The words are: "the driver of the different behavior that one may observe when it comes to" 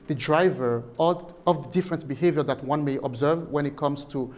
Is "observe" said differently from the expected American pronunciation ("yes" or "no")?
no